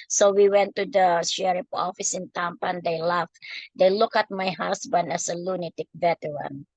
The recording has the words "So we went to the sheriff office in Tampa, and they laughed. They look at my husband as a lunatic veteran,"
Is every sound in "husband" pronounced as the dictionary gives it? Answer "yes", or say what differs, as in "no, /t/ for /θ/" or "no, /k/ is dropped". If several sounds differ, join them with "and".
no, /s/ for /z/